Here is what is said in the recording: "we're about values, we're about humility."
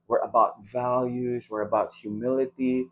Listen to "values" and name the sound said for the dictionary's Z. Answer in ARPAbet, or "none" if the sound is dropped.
Z